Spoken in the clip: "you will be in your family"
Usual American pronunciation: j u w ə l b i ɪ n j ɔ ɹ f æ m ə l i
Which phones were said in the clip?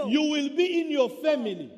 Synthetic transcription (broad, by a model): j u w ə l b i ɪ n j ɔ f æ m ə l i